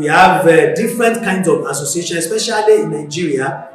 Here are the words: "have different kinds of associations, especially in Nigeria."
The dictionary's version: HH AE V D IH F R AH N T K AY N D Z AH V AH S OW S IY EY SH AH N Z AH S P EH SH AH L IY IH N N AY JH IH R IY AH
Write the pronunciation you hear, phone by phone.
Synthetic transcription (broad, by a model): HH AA V D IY F R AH N T K AY N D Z AH V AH S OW S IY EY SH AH N AH S P EH SH AH L IY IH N N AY JH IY R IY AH